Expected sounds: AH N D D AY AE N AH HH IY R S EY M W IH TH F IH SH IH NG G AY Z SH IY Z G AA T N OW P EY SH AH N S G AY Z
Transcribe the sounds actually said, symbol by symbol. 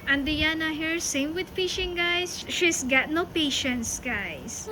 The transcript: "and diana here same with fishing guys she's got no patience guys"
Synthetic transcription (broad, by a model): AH N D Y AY N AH HH IY R S EY M W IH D F IH SH IH NG G AY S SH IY S G AA T N OW P EY SH AH N S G AY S